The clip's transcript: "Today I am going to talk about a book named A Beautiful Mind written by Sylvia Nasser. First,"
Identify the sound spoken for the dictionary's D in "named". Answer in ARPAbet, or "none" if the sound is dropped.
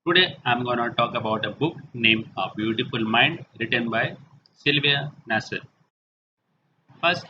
none